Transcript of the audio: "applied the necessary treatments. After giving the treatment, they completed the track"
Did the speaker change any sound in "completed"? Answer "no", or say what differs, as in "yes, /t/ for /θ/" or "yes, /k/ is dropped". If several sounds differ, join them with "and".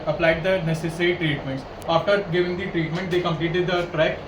no